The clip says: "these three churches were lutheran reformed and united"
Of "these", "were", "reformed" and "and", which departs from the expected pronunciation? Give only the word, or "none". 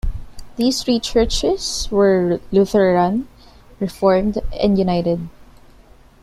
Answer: these